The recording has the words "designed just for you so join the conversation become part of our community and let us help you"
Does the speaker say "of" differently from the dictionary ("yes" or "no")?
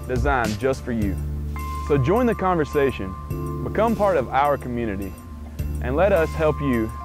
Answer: no